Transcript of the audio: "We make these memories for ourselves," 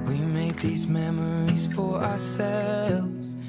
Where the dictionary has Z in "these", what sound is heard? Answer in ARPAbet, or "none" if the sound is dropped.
Z